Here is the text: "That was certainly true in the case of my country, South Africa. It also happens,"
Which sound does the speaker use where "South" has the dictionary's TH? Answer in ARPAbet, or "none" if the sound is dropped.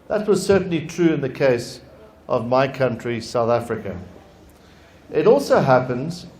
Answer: TH